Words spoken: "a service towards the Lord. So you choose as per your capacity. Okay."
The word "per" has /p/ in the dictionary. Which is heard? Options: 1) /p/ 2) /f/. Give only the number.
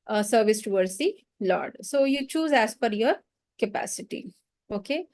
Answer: 2